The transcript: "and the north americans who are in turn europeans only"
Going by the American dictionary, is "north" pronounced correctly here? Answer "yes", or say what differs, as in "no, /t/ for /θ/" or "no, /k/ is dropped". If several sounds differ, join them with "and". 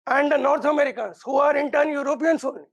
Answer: no, /t/ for /θ/